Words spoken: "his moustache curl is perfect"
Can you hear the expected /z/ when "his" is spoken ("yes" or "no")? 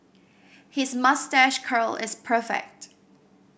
yes